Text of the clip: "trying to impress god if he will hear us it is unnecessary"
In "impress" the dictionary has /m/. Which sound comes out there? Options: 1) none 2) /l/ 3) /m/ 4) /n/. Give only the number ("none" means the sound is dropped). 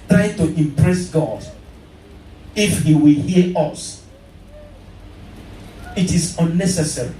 3